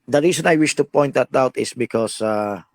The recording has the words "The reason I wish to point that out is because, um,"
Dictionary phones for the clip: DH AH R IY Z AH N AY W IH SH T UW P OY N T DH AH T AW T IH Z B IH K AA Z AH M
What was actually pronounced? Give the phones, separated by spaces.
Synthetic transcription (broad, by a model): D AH R IY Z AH N AY W IH SH T UW P OY N T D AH T AW T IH S B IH K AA S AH